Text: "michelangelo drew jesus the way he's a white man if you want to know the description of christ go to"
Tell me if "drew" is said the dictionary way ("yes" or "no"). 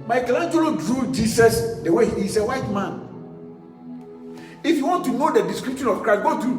yes